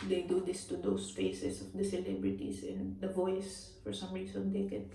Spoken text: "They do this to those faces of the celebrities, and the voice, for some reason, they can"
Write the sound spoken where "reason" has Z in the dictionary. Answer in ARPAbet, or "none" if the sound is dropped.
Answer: S